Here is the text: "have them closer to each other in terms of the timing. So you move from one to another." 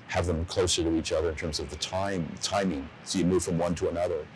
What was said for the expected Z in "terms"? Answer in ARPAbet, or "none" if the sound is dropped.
Z